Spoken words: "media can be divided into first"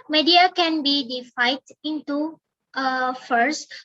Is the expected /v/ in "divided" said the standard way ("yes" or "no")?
no